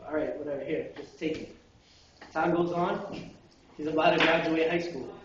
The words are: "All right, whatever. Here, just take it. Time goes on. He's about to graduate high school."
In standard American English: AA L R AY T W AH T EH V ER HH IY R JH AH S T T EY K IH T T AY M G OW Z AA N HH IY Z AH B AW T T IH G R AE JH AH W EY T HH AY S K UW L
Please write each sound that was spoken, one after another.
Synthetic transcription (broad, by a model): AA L R AY T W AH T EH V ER HH IY R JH AH S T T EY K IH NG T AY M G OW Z AA N HH IY Z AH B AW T T IH G R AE JH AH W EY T HH AY S K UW L